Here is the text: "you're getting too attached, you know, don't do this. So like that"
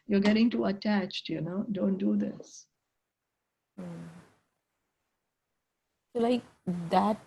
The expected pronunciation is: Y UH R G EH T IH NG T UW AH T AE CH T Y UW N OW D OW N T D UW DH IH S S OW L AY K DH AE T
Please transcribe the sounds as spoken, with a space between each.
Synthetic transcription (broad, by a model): Y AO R G EH T IH NG T UW AH T AE CH T Y UW N OW D OW N T D UW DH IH S S OW L AY K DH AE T